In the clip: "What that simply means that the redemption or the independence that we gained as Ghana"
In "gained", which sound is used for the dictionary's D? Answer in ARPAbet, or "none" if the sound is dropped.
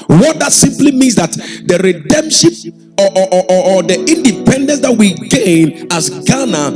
none